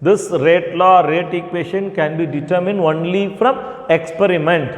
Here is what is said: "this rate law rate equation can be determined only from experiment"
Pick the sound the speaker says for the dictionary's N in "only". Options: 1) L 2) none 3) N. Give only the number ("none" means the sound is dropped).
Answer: 3